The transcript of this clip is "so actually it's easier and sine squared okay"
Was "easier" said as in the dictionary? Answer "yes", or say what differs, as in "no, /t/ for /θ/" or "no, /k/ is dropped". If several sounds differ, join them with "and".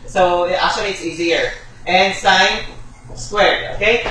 yes